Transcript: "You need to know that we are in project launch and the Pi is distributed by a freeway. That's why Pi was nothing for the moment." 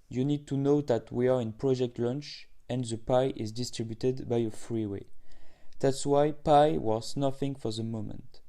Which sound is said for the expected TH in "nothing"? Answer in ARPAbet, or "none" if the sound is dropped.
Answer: F